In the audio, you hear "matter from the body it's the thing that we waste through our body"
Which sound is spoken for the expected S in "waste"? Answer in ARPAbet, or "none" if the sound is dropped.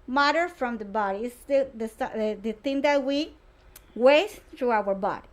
none